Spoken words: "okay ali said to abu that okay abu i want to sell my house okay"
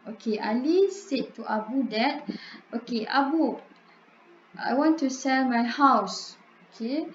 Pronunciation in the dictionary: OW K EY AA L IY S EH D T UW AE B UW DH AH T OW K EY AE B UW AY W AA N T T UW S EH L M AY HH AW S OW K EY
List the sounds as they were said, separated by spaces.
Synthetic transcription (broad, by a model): OW K EY AA L IY S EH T T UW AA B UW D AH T OW K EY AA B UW AY W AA N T T UW S EH L M AY HH AW S OW K EY